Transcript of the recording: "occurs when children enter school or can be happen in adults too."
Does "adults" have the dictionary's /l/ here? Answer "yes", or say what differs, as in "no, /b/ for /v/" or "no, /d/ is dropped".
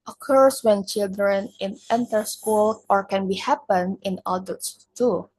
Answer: no, /l/ is dropped